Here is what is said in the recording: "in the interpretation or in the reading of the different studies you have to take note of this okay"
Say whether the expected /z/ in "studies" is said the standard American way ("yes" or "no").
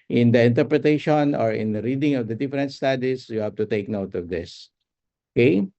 no